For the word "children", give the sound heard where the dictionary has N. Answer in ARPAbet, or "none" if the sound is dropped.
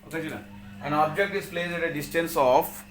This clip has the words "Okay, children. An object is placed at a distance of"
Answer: none